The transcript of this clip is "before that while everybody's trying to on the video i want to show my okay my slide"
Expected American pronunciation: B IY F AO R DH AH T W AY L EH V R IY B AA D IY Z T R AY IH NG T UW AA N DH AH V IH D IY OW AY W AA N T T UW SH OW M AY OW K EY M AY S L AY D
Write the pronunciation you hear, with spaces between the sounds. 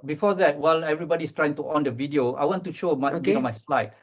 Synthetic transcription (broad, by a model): B IY F AO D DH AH T W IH L EH V R IY B AA D IY S T R AY IH NG T UW AA N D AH V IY D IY OW AY W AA N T T UW SH OW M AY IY AO M AY S L AY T